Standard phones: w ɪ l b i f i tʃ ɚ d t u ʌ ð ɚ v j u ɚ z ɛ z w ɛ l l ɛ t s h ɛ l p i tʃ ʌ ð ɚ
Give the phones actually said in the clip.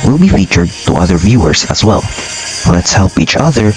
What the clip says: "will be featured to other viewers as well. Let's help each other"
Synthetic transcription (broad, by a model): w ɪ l b i f i tʃ ɚ d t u ʌ ð ɚ v j u ɚ z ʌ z w ɛ l l ɛ t s h ɛ l p i tʃ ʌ ð ɚ